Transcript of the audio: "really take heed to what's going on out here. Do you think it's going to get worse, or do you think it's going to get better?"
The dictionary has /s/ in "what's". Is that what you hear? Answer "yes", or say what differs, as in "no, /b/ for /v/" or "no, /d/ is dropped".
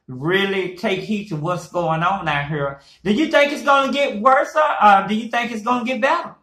yes